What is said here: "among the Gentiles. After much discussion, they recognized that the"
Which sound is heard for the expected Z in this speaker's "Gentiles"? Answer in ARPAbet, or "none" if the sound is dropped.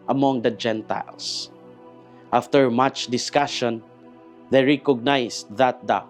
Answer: S